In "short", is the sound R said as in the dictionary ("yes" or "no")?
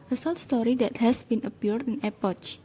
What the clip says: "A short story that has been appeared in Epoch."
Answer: no